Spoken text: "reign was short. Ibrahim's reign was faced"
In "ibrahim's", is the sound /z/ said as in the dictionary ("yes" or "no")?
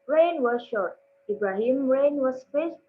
no